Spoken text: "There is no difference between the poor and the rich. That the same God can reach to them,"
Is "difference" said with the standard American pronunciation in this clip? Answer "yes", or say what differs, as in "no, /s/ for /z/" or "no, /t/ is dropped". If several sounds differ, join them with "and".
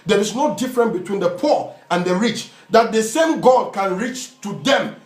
no, /s/ is dropped